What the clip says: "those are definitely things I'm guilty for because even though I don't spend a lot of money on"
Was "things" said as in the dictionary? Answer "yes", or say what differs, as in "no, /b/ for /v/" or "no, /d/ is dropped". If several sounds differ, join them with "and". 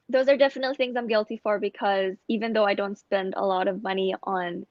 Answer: yes